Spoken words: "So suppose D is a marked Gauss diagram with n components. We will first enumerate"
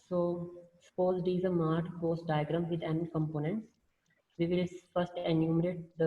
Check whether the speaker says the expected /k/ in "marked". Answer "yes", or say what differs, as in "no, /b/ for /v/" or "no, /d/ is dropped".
no, /k/ is dropped